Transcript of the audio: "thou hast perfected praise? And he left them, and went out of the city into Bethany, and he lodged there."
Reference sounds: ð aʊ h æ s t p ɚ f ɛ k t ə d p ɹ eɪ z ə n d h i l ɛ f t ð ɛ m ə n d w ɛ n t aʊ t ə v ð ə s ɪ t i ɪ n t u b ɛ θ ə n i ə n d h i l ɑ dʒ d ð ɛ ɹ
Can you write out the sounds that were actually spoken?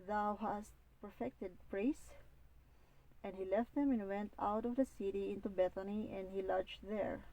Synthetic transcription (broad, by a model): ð aʊ h æ s t p ɚ f ɛ k t ə d p ɹ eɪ s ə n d h i l ɛ f t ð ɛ m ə n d w ɛ n t aʊ t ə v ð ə s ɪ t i ɪ n t u b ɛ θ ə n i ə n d h i l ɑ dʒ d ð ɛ ɹ